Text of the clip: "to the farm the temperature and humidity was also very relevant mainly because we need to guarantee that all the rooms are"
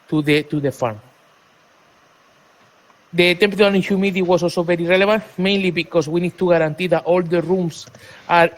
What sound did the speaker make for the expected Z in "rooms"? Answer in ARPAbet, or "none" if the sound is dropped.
S